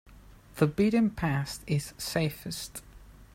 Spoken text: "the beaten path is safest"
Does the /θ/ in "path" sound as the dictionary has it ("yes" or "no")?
no